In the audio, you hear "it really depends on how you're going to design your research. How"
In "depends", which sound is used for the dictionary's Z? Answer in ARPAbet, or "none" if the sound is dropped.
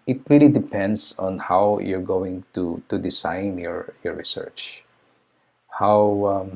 S